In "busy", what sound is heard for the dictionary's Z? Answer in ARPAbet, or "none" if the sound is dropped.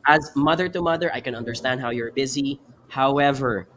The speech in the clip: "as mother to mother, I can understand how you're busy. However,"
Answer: Z